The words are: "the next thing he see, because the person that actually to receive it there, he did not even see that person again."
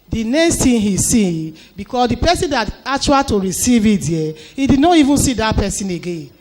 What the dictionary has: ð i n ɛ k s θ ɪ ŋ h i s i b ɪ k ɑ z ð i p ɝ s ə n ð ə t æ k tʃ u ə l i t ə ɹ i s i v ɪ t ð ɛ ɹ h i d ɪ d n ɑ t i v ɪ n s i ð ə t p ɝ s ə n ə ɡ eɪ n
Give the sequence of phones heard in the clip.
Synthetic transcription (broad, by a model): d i n ɛ k s t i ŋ h i s i b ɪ k ɑ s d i p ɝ s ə n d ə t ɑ k tʃ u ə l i t ə ɹ i s i v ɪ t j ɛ h i d ɪ d n ɑ t i v ɪ n s i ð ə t p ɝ s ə n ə ɡ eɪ n